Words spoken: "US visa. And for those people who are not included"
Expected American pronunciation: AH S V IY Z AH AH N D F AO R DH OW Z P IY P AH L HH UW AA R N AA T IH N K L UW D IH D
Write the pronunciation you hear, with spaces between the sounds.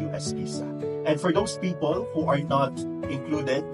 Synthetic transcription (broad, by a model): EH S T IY S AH AH N D F AO R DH OW S P IY P AH L HH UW AA R N AA T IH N K L UW D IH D